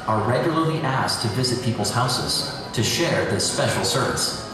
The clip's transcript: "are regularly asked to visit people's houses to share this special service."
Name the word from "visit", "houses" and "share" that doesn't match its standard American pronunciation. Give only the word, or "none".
none